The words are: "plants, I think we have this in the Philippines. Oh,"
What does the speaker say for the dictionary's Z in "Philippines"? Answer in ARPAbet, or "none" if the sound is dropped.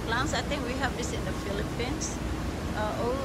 S